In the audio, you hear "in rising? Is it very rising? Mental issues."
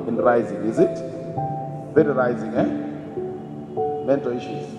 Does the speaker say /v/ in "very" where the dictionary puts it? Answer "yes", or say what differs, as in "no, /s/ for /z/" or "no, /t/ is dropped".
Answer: no, /f/ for /v/